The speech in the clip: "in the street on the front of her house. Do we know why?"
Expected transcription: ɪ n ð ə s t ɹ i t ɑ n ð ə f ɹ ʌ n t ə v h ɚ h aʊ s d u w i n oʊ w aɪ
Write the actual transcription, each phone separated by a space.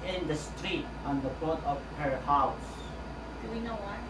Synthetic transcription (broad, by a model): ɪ n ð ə s t ɹ i t ɑ n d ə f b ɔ t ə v h ɚ h aʊ s d u w i n oʊ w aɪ